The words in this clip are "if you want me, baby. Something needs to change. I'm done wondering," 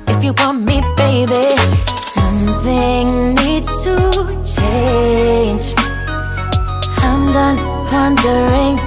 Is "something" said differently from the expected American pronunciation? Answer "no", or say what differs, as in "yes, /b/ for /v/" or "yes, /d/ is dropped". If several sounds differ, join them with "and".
no